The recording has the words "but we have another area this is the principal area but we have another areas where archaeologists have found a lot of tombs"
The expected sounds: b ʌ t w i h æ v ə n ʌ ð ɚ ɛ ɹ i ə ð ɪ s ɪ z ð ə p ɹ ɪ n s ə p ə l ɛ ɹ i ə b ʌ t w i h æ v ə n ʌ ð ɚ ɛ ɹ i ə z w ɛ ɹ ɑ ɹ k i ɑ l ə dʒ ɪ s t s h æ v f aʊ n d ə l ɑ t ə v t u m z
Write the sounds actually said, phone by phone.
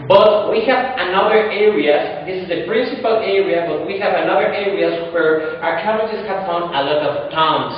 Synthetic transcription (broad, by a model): b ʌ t w i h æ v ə n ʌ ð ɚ ɛ ɹ i ə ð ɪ s ɪ z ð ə p ɹ ɪ n s ə p ə l ɛ ɹ i ə b ʌ t w i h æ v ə n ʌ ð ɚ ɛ ɹ i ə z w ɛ ɹ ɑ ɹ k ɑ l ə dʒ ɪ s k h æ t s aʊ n ə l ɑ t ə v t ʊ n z